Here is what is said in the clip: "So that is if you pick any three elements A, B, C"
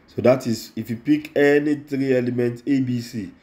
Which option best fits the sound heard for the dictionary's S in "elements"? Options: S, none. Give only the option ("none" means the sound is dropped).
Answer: none